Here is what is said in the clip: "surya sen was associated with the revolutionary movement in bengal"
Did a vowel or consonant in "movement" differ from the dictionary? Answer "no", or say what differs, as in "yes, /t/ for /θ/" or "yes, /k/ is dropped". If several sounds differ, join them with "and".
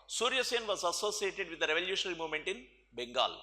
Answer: no